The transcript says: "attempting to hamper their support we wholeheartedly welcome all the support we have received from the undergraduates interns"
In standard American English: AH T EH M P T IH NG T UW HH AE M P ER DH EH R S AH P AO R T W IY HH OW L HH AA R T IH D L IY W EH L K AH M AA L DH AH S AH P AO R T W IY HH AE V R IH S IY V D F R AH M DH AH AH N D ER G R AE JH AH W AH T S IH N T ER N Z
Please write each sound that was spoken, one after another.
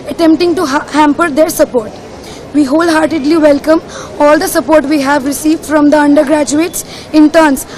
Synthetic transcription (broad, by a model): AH T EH M P T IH NG T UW HH AE M P ER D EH R S AH P AO R T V IY HH OW L HH AA R T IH D L IY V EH L K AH M AA L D AH S AH P AO R T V IY HH AE V R IH S IY V D F R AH M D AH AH N D ER G R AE JH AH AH T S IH N T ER N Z